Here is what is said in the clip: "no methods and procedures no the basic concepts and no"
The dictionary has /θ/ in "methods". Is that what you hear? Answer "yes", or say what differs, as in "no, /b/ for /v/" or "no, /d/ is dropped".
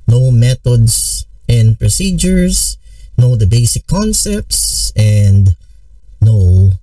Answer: no, /t/ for /θ/